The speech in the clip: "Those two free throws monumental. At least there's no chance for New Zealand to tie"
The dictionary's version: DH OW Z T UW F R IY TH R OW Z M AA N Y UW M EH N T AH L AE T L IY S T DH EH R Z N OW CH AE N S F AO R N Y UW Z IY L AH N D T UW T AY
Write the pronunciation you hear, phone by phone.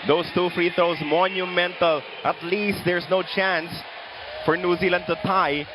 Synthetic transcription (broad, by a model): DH OW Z T UW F R IY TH OW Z M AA N Y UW M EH N T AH L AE T L IY S T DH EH R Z N OW CH AE N S F AO R N Y UW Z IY L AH N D T UW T AY